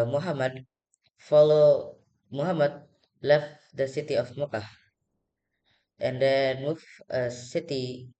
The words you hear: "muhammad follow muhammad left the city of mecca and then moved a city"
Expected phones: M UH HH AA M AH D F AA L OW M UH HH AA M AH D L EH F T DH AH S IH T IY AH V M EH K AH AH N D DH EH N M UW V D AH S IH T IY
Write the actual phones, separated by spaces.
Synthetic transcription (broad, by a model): M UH HH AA M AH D F AA L OW M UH HH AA M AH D L EH F T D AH S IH T IY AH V M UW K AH AH N D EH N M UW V AH S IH T IY